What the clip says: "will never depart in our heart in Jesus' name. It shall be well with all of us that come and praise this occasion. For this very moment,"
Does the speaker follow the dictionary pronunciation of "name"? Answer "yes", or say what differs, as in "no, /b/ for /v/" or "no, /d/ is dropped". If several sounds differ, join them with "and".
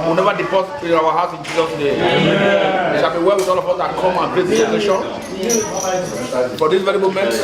no, /m/ is dropped